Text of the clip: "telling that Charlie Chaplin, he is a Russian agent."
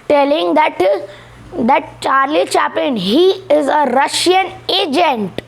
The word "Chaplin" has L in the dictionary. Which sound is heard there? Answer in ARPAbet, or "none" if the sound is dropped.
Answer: none